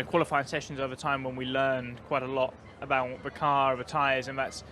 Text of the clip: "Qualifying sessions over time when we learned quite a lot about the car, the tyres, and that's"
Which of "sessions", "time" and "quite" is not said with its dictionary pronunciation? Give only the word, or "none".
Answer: none